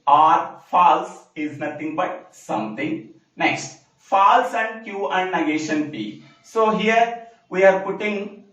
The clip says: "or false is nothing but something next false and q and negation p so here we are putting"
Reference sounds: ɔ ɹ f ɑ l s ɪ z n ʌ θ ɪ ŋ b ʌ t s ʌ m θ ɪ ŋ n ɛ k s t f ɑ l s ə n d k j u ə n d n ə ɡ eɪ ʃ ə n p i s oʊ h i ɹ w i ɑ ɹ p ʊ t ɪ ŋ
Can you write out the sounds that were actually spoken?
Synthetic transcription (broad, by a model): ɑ ɹ f ɑ l s ɪ z n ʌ t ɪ ŋ b ʌ t s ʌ m t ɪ ŋ n ɛ k s t f ɑ l s ə n d k j u ə n d n ə ɡ eɪ ʃ ə n p i s oʊ h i ɹ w i ɑ ɹ p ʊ t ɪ ŋ